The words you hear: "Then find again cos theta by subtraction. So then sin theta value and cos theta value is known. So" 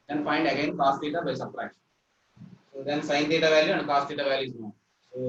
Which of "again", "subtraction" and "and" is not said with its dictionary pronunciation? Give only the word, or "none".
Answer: subtraction